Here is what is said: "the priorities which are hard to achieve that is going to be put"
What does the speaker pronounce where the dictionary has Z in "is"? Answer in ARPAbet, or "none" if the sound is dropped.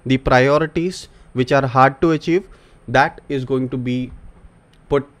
Z